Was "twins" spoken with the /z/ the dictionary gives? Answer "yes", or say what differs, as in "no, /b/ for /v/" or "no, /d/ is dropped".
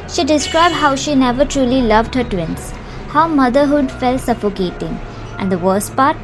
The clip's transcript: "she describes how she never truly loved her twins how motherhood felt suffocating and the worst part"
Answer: no, /s/ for /z/